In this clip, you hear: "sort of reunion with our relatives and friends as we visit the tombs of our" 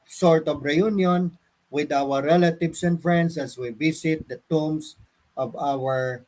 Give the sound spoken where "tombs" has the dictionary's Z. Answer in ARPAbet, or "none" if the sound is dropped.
S